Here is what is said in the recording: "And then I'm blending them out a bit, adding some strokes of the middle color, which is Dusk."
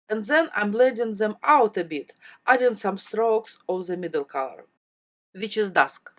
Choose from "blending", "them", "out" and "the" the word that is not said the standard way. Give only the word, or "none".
blending